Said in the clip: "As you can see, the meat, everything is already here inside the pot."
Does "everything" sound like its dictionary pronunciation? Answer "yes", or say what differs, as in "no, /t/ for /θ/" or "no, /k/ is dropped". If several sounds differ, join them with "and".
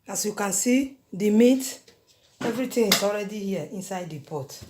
no, /t/ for /θ/